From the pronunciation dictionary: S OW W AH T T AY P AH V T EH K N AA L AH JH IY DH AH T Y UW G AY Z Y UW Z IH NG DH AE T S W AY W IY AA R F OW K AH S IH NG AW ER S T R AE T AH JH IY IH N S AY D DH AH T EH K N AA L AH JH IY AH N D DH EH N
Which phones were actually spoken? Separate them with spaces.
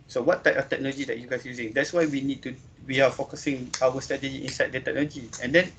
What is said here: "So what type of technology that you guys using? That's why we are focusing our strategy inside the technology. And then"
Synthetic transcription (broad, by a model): S OW W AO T T AY P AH F T EH K N AA L AH JH IY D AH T Y UW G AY S Y UW Z IH NG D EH T S W AY W IY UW W F OW K AH S IH NG AW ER S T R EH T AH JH IY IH N S AY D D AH T EH K N AA L AH JH IY AH N D EH N